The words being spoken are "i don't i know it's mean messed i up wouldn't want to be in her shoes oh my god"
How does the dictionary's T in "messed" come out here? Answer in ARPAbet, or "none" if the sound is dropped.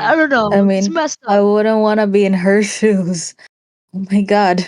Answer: none